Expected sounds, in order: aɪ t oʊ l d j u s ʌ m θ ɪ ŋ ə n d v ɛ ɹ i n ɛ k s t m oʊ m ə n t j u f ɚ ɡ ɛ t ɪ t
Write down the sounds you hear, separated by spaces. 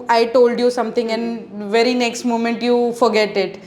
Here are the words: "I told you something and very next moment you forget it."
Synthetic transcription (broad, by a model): aɪ t oʊ l d j u s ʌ m t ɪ ŋ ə n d v ɛ ɹ i n ɛ k s t m oʊ m ə n t j u f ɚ ɡ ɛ t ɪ t